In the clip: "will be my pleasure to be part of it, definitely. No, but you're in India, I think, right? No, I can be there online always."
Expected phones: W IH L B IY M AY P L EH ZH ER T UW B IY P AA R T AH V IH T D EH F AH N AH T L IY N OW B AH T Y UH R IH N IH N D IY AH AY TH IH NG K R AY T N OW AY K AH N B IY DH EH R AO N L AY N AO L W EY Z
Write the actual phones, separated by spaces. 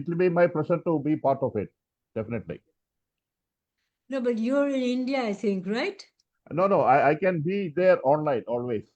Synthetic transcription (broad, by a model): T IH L B IY M AY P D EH S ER T UW B IY P AA R T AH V IH T D EH F AH N AH T L IY N OW B AH T Y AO R IH N IH N D IY AH AY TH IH NG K R AY T N OW AY K AH N B IY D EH R AO N L AY N AO L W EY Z